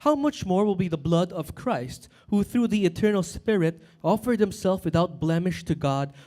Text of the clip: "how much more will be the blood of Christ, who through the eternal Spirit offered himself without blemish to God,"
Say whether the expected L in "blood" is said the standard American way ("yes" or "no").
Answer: yes